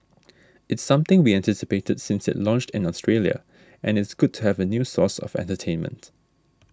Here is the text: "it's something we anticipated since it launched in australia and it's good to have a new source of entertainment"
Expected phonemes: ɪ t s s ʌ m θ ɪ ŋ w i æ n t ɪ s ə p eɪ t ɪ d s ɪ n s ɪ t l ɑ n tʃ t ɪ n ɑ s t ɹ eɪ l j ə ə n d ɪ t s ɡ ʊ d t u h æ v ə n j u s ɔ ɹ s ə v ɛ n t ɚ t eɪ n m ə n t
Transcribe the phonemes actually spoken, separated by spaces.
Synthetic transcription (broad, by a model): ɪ t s s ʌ m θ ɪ ŋ w i æ n t ɪ s ə p eɪ t ɪ d s ɪ n s ɪ t l ɑ n tʃ t ɪ n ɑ s t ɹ eɪ l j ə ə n ɪ t s ɡ ʊ d t u h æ v ə n j u s ɔ s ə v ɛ n t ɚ t eɪ n m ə n t